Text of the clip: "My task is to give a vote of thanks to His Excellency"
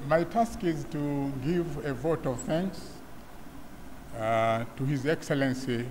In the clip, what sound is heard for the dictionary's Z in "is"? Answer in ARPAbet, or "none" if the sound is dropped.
Z